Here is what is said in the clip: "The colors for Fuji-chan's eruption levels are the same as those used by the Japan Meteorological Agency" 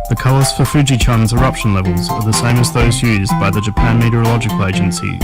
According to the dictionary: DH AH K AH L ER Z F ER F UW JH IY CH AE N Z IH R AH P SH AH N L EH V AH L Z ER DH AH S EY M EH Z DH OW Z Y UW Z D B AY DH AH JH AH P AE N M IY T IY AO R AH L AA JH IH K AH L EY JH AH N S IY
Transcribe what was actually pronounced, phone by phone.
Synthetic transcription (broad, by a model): DH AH K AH L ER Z F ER F UW JH IY CH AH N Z IH R AH P SH AH N L EH V AH L Z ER DH AH S EY M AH Z DH OW Z Y UW Z B AY DH AH JH AH P AE N M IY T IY R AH L AA JH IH K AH L EY JH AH N S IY